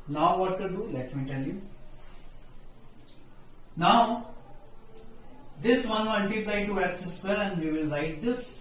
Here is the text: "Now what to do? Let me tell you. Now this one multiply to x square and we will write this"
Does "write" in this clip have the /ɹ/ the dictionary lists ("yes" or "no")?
yes